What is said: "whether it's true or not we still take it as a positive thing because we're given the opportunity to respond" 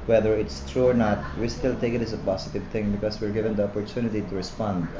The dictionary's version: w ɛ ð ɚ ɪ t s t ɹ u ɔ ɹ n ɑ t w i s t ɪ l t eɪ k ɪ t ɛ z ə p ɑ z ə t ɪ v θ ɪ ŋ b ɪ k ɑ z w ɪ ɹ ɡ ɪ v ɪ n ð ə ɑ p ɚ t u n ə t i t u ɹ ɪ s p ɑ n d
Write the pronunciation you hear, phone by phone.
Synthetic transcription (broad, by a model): w ɛ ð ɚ ɪ t s t ɹ u ɔ ɹ n ɑ t w i s t ɪ l t eɪ k ɪ t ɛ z ə p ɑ s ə t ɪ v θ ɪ ŋ b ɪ k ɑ s w ɪ ɹ ɡ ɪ v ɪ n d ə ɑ p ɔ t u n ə t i t u ɹ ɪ s p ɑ n d